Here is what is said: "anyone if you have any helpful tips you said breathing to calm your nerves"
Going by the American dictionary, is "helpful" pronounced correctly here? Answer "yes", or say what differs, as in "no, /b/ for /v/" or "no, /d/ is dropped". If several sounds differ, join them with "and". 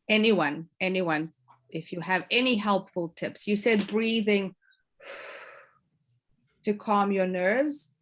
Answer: yes